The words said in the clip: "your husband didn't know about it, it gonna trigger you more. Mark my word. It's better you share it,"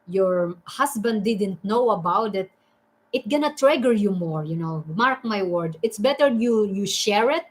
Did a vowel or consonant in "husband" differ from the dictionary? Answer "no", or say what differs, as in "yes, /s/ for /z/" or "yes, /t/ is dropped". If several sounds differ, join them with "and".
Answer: yes, /s/ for /z/